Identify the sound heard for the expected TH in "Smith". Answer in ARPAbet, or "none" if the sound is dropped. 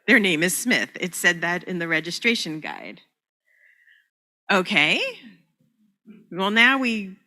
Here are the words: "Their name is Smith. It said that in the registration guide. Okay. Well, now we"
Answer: TH